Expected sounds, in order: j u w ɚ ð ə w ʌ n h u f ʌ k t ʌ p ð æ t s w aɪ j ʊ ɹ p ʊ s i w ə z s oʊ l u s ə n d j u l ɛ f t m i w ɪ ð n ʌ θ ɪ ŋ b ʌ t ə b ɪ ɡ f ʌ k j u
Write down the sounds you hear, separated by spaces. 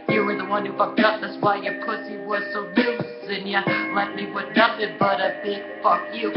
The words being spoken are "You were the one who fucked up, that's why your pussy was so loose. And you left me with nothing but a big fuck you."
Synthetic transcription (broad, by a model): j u w ɚ ð ə w ʌ n h u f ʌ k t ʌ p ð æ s w aɪ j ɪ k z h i w ə z s oʊ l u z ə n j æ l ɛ t m i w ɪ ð n ʌ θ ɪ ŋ b ʌ t ə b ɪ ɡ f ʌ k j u